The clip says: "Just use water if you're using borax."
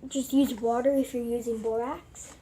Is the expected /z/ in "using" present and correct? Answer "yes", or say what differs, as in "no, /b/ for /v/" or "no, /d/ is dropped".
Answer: yes